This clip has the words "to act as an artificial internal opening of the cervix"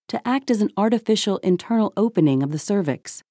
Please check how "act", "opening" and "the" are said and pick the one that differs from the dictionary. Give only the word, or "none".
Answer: none